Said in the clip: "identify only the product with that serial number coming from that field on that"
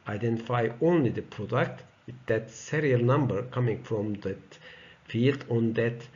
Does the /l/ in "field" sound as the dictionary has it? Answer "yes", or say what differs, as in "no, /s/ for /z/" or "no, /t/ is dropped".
yes